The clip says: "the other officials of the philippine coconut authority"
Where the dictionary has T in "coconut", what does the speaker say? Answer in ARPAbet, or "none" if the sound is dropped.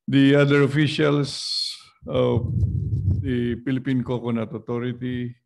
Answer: T